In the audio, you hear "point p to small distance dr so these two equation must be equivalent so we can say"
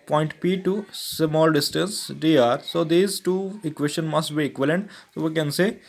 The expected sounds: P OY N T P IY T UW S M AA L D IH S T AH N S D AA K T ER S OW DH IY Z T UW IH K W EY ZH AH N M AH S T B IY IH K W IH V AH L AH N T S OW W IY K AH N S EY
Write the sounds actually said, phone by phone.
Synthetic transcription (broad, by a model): P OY N T P IY T UW S M AA L D IH S T AH N S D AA T S OW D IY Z T UW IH K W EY SH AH N M AH S T B IY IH K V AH L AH N T S OW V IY K AH N S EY